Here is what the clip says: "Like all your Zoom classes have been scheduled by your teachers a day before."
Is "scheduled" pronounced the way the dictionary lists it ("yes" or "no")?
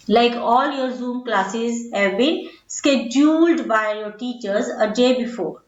yes